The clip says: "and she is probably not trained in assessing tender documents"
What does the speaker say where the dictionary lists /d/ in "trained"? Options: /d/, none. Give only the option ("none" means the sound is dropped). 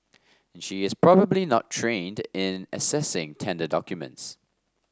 /d/